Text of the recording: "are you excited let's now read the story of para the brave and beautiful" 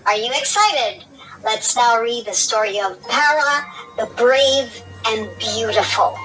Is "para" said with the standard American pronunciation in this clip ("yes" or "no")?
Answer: yes